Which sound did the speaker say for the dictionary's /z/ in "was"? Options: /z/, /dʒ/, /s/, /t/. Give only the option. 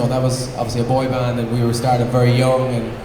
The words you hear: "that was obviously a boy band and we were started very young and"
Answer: /z/